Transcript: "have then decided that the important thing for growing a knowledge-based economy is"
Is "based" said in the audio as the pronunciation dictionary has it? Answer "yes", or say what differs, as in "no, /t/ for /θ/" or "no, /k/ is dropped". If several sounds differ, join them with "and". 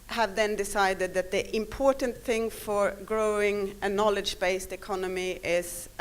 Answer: yes